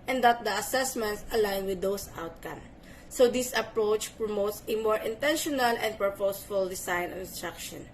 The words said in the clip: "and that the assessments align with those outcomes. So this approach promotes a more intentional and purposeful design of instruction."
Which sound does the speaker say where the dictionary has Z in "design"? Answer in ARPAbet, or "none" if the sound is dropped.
S